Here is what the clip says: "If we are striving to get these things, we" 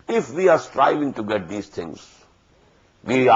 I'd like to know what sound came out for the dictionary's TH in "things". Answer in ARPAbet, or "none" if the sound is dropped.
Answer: T